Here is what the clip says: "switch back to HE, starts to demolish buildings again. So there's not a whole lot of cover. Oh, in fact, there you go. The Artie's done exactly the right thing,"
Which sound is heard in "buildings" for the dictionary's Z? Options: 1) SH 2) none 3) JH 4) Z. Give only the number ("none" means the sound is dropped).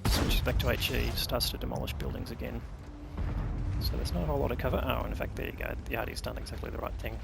4